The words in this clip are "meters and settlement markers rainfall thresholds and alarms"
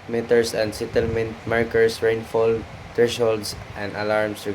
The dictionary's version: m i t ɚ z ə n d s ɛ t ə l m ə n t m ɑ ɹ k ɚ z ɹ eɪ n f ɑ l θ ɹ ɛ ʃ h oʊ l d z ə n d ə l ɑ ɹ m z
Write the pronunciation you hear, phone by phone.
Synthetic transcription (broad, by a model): m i t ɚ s ə n d s ɛ t ə l m ə n t m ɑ ɹ k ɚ s ɹ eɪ n f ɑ l t ɹ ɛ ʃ h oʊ l d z ə n d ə l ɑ ɹ m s